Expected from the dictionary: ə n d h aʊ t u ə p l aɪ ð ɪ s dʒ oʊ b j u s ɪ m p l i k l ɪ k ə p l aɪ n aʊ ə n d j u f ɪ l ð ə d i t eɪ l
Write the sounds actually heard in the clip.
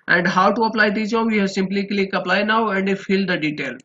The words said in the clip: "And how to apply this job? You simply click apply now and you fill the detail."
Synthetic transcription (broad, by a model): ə n d h aʊ t u ə p l aɪ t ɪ dʒ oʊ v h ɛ s ɪ m p l i k l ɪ k ə p l aɪ n aʊ ə n d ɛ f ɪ l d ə d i t eɪ l